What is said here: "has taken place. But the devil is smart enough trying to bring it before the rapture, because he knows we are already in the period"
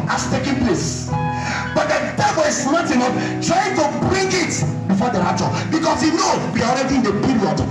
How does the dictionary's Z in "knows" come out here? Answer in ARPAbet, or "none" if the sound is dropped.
none